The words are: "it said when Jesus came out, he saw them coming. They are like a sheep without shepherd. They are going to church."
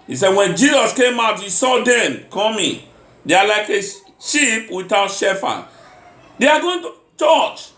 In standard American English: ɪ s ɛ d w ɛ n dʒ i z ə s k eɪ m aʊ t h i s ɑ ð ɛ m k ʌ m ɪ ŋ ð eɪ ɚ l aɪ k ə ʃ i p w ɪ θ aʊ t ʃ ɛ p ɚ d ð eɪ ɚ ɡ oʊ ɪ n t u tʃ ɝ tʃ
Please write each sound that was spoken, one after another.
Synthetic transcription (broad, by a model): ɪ s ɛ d w ɛ n dʒ i z ə s k eɪ m aʊ t h i s ɑ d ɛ m k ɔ m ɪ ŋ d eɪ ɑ l aɪ k ə ʃ i p w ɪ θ aʊ t ʃ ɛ f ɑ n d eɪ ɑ ɡ oʊ ɪ n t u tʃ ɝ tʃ